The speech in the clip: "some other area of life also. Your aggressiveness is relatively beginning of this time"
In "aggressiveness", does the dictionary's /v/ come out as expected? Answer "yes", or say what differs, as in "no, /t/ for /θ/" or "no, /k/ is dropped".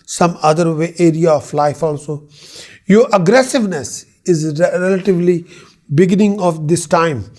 yes